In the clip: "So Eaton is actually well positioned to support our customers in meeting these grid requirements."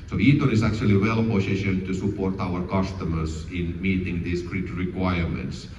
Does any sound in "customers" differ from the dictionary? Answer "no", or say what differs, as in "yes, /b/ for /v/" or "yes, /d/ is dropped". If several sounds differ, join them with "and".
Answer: yes, /s/ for /z/